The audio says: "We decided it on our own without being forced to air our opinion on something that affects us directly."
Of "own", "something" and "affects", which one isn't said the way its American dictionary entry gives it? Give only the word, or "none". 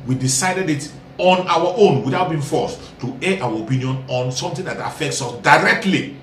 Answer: something